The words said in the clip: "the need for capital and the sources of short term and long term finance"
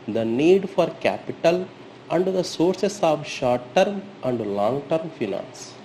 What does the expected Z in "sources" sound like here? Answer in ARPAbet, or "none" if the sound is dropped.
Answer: S